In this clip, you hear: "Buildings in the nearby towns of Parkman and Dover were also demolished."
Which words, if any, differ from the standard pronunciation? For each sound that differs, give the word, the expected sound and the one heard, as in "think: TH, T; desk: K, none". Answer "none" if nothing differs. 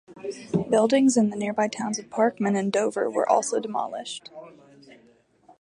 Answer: none